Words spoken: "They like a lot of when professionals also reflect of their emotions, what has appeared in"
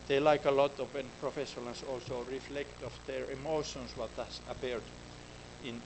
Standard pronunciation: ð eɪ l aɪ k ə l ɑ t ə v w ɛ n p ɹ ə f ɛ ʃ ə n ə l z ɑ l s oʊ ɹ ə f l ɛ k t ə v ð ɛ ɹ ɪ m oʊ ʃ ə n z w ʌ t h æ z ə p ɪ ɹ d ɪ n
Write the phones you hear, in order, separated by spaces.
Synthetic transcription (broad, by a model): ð eɪ l aɪ k ə l ɑ t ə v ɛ n p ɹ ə f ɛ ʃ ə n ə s ɑ l s oʊ ɹ ə f l ɛ k t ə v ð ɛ ɹ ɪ m oʊ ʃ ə n s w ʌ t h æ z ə p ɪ ɹ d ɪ n